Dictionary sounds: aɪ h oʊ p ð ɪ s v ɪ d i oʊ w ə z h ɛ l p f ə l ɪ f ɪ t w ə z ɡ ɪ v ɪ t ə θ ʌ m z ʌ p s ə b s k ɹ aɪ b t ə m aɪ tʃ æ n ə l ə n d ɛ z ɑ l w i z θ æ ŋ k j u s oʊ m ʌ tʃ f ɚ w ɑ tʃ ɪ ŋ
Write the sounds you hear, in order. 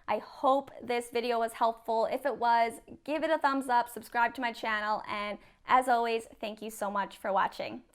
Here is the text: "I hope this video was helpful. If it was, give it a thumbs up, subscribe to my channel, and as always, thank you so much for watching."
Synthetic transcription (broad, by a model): aɪ h oʊ p ð ɪ s v ɪ d i oʊ w ə z h ɛ l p f l ɪ f ɪ t w ə z ɡ ɪ v ɪ t ə θ ʌ m z ʌ p s ə b s k ɹ aɪ b t ə m aɪ tʃ æ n l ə n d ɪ z ɑ l w i z θ æ ŋ k j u s oʊ m ʌ tʃ f ɚ w ɑ tʃ ɪ ŋ